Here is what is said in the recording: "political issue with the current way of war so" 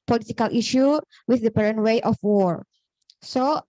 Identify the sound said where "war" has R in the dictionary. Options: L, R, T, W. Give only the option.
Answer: R